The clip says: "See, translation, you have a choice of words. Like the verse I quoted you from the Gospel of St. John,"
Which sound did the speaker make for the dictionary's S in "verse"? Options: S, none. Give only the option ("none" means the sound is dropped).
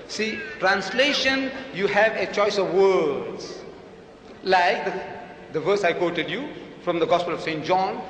S